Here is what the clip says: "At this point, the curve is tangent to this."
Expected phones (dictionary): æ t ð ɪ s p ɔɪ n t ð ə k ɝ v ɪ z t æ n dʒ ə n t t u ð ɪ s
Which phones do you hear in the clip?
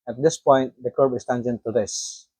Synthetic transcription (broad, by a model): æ t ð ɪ s p ɔɪ n t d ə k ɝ b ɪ s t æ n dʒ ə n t t u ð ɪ s